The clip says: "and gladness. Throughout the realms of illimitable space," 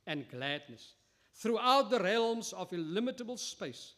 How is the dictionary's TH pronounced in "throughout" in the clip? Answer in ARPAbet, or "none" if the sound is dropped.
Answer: TH